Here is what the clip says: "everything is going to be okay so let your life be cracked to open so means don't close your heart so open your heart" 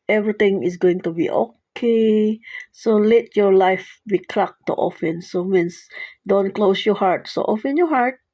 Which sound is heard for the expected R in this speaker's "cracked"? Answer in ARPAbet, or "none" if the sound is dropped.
L